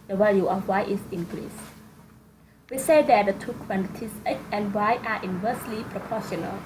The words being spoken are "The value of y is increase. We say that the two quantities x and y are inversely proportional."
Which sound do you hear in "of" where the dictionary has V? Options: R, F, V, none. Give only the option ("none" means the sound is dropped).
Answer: F